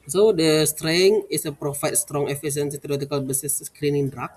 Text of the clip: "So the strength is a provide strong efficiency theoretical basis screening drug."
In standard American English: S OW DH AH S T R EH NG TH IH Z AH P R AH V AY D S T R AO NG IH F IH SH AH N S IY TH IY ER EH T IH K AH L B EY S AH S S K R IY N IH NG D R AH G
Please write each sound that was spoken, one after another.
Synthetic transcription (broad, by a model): S OW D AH S T R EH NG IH S AH P R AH F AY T S T R AO NG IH F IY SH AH N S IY T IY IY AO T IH K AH L B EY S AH S S K R IY N IH NG D R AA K